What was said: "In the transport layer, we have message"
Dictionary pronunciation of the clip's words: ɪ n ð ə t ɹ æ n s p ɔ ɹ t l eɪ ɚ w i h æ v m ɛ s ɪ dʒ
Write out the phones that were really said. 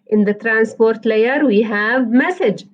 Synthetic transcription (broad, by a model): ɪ n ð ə t ɹ æ n s p ɔ ɹ t l eɪ ɚ w i h æ v m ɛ s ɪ dʒ